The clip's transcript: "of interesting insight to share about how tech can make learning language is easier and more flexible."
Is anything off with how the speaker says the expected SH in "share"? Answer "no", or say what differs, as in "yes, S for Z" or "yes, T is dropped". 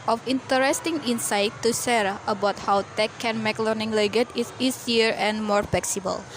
yes, S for SH